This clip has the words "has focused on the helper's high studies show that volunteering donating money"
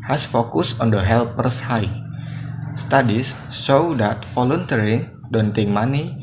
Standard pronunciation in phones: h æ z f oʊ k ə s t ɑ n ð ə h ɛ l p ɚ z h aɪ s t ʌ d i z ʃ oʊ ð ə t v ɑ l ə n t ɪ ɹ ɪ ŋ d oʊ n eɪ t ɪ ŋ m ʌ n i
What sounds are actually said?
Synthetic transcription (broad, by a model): h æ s f oʊ k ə s ɑ n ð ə h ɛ l p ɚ s h aɪ s t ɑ d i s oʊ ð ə t f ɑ l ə n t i ɹ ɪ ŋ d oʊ n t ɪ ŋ m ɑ n i